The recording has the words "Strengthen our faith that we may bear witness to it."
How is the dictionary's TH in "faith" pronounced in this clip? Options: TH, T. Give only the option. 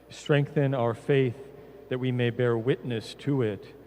TH